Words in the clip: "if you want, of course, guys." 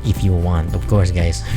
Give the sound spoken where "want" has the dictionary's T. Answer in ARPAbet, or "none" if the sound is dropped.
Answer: T